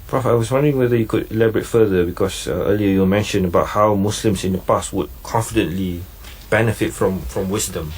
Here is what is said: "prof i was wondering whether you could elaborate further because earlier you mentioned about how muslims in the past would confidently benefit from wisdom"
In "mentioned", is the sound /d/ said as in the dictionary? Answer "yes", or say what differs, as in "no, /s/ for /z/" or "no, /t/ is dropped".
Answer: no, /d/ is dropped